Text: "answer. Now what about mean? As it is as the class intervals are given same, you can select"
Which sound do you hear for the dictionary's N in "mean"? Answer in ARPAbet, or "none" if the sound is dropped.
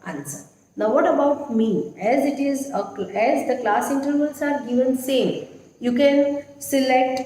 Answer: none